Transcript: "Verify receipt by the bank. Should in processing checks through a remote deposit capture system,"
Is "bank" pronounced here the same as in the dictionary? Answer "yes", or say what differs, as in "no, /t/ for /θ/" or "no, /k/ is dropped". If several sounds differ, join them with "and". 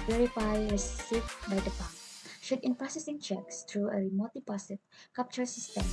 no, /ŋ/ is dropped